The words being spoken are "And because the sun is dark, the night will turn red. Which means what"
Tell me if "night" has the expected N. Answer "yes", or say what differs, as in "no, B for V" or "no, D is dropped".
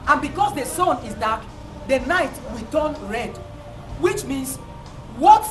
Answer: yes